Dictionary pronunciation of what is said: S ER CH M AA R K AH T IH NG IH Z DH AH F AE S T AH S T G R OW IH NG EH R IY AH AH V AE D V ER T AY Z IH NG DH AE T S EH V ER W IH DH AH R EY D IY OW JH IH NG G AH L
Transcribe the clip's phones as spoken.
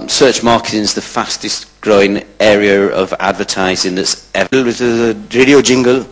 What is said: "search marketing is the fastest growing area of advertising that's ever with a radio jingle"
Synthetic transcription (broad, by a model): S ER CH M AA K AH T IH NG IH Z DH AH F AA S T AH S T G R OW IH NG EH R IY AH AH V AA D V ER T AY Z IH NG DH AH T S EH V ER W IH DH AH R EY D IY OW JH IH NG G AH L